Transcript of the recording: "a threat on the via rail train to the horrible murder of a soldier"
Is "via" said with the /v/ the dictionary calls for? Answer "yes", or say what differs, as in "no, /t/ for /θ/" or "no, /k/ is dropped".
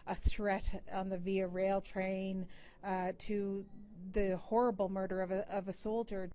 yes